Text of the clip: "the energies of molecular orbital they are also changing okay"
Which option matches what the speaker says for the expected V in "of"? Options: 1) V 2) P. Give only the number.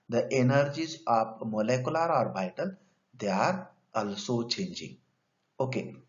2